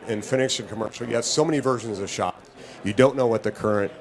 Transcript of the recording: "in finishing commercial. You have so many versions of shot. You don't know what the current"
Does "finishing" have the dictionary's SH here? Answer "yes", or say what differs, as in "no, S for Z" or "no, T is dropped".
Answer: no, S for SH